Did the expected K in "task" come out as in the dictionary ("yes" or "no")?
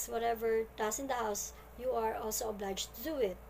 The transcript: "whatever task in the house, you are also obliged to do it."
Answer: no